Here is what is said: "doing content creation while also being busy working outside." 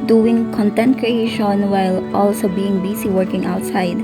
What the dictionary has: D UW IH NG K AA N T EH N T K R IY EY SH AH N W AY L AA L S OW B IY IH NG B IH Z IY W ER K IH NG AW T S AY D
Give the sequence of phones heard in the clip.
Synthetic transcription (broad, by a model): D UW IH NG K AA N T EH N T K R IY EY SH AH N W AY L AA L S OW B IY IH NG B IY S IY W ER K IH NG AW T S AY D